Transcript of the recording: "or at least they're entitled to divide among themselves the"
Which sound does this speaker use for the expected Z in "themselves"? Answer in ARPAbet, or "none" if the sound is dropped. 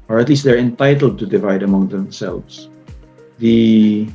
S